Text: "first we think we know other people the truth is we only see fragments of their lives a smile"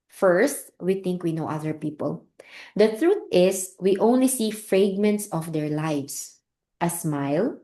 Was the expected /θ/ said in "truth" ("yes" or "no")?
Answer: no